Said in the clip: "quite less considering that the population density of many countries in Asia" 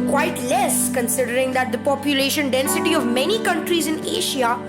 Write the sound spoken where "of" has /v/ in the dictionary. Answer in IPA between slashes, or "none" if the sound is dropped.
/v/